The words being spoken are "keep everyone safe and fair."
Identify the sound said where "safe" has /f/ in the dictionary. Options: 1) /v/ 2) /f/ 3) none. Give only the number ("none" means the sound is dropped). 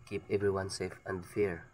2